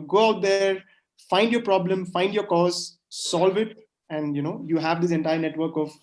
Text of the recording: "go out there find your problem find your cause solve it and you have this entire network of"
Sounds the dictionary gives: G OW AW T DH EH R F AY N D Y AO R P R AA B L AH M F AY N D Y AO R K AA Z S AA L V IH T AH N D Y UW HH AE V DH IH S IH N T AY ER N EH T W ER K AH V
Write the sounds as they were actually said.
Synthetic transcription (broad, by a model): G OW AW T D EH R F AY N D Y AO R P R AA B L AH M F AY N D Y AO R K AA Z S AA L V IH T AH N D Y UW HH AE V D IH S IH N T AY ER N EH T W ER K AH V